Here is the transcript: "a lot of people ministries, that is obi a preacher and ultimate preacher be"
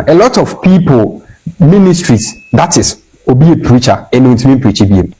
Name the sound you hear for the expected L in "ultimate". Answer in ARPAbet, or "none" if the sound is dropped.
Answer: N